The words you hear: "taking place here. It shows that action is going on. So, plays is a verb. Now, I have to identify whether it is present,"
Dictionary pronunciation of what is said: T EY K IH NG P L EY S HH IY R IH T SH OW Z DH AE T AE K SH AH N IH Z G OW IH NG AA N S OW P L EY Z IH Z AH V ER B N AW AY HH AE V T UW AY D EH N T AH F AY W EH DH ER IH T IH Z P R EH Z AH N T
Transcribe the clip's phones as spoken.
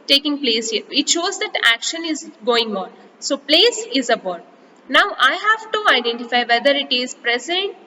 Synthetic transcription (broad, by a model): T EY K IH NG P L EY S HH IY R IH T SH OW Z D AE T AE K SH AH N IH Z G OW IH NG AA N S OW P L EY S IH Z AH B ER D N AW AY HH AE V T UW AY D EH N T AH F AY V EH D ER IH T IH Z P R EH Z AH N T